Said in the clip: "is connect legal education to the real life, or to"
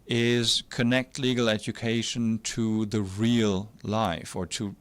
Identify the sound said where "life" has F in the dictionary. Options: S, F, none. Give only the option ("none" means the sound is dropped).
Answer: F